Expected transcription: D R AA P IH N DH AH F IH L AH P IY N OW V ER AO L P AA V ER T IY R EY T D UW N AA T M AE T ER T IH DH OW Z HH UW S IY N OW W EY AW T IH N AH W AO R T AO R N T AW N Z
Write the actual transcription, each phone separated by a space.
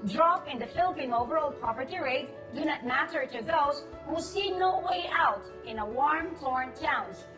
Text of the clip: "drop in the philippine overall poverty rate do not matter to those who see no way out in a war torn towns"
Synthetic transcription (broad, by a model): D R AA P IH N DH AH F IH L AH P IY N OW V ER AO L P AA P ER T IY R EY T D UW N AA T M AE T ER T IH DH OW Z HH UW S IY N OW W EY AW T IH N AH W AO R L AO R N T AW N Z